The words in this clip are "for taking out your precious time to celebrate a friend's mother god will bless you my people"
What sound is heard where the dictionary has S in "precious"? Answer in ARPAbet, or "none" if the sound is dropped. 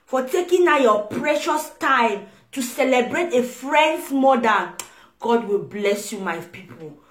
S